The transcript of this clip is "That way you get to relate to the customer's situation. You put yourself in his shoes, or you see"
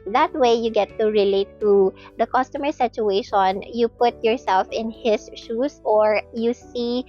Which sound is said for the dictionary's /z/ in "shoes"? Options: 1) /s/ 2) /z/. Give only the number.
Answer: 1